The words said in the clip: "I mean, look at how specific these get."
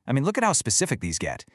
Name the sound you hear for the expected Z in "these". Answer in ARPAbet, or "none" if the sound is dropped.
Z